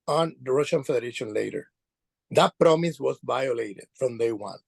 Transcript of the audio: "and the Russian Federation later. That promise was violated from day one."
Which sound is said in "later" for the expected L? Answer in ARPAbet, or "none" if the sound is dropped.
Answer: L